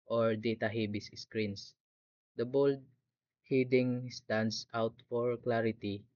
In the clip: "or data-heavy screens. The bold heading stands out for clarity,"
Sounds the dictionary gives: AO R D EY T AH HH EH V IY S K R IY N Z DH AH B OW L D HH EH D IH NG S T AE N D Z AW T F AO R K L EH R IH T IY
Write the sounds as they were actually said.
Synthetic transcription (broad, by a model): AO R D EY T AH HH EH B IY S K R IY N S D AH B OW L D HH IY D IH NG S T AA N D S AW T F AO R K L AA R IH T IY